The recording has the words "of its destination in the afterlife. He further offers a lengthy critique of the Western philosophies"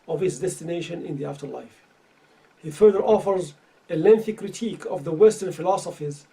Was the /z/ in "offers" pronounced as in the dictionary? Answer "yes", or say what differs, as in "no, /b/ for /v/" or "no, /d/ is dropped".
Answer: yes